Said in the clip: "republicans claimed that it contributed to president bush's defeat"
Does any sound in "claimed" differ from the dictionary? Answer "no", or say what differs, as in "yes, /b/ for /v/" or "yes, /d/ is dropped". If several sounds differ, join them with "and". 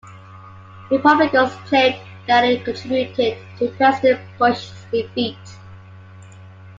yes, /m/ is dropped